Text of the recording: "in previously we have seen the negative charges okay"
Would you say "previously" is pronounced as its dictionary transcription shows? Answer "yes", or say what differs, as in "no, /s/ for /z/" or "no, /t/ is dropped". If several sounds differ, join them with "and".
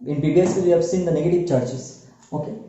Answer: no, /ɹ/ is dropped and /b/ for /v/